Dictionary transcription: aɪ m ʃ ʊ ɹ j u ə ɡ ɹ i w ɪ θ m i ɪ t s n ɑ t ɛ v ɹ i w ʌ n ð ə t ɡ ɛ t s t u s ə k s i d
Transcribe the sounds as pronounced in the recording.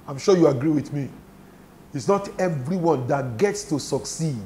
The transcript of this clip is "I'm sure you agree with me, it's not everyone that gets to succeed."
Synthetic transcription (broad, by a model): aɪ m ʃ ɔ j u ə ɡ ɹ i w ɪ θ m i ɪ t s n ɑ t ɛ v ɹ i w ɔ n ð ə t ɡ ɛ t s t u s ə k s i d